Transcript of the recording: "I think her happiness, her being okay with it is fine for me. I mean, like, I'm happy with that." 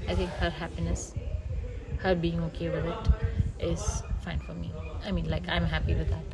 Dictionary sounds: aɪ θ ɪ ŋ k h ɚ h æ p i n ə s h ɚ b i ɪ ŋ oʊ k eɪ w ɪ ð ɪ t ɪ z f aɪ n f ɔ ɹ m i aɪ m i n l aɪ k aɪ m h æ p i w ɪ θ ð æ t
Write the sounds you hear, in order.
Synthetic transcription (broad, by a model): aɪ t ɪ ŋ k h ɚ h æ p i n ə s h ɚ b i ɪ ŋ oʊ k eɪ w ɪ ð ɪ t ɪ z f aɪ n f ɔ ɹ m i aɪ m i n l aɪ k aɪ m h æ p i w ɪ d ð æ t